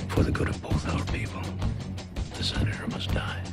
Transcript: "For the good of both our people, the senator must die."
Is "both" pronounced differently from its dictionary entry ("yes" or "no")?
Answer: no